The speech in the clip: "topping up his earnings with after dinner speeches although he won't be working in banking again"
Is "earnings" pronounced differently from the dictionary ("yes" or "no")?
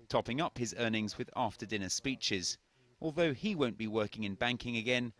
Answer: no